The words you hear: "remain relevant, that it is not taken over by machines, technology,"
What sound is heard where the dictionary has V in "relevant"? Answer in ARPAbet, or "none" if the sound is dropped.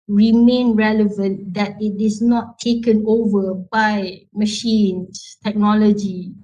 V